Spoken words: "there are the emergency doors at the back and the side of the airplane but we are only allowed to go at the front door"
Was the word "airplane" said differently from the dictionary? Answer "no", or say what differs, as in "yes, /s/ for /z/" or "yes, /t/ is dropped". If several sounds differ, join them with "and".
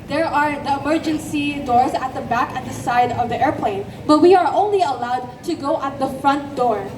no